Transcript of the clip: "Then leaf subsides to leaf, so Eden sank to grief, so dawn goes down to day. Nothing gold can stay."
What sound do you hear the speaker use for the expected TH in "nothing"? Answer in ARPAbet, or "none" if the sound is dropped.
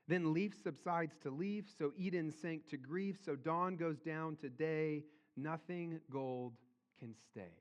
TH